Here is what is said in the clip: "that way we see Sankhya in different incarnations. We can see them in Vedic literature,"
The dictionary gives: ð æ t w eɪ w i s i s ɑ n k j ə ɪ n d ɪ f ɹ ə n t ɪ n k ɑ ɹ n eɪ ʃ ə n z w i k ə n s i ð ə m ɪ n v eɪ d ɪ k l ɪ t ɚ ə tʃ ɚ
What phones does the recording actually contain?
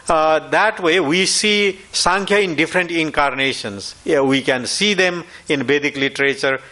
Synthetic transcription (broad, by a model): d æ t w eɪ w i s i s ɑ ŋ k j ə ɪ n d ɪ f ɹ ə n t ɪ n k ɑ ɹ n eɪ ʃ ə n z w i k ə n s i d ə m ɪ n b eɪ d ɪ k l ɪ t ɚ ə tʃ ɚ